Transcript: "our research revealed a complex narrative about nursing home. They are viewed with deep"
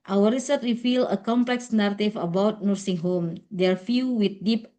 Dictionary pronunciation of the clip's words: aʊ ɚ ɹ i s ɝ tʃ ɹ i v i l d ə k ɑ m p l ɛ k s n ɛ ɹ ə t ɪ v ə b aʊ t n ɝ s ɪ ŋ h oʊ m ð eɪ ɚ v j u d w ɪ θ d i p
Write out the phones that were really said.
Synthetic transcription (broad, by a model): aʊ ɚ ɹ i s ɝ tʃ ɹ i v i l ə k ɑ m p l ɛ k s n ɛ ɹ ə t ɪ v ə b aʊ t n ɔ s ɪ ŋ h oʊ m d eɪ ɚ f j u w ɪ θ d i p